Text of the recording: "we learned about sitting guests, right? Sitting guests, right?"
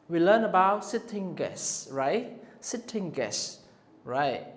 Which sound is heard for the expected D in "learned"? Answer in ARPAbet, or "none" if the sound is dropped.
none